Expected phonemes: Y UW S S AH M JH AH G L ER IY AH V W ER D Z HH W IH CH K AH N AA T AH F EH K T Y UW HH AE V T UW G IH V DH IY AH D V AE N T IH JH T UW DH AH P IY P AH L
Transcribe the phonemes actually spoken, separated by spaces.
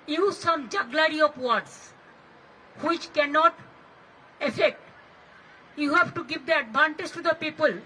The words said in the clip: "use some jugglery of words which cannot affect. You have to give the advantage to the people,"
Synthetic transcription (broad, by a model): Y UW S S AH M JH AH G L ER IY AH P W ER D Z HH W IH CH K AH N AA T AH F EH K T Y UW HH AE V T UW G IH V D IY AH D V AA N T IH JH T UW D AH P IY P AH L